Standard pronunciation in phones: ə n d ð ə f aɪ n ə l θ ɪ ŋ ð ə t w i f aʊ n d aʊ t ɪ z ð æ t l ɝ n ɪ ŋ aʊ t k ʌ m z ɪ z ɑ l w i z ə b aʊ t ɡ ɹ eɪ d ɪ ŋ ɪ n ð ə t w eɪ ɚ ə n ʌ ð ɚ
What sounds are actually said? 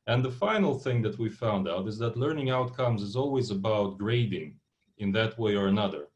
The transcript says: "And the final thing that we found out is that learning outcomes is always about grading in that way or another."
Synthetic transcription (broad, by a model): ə n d ð ə f aɪ n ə l θ ɪ ŋ ð ə t w i f aʊ n d aʊ t ɪ z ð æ t l ɝ n ɪ ŋ aʊ t k ʌ m z ɪ z ɑ l w i z ə b aʊ t ɡ ɹ eɪ d ɪ ŋ ɪ n ð ə t w eɪ ɚ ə n ʌ ð ɚ